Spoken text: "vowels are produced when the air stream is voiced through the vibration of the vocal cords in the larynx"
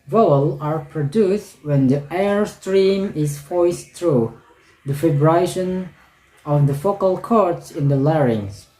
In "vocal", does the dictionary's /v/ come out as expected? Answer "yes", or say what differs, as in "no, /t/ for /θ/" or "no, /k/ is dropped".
no, /f/ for /v/